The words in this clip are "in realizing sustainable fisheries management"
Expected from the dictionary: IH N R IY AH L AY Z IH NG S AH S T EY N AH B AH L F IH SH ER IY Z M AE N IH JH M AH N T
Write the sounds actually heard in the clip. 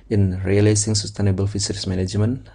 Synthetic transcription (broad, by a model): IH N R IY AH L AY S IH NG S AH S T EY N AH B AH L F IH S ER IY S M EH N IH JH M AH N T